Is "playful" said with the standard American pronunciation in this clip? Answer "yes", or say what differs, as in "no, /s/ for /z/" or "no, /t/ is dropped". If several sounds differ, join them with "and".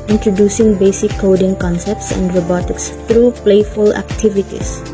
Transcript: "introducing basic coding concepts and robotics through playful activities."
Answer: yes